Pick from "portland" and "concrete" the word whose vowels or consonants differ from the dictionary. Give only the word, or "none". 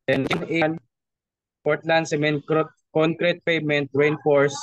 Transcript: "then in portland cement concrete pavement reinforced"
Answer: none